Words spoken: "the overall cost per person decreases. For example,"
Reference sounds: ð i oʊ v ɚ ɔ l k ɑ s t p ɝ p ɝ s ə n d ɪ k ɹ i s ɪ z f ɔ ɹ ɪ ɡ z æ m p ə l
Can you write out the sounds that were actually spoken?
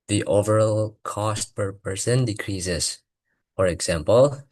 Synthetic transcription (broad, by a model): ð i oʊ v ɚ ɔ l k ɑ s t p ɝ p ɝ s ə n d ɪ k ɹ i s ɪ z f ɔ ɹ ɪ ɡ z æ m p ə l